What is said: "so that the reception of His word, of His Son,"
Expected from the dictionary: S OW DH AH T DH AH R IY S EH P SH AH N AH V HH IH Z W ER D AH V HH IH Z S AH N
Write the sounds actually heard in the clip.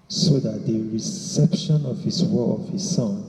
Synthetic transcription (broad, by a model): S OW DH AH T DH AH R IY S EH P SH AH N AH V HH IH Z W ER AH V HH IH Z S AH N